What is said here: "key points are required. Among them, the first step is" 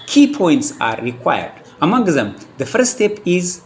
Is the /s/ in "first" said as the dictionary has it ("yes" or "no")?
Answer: no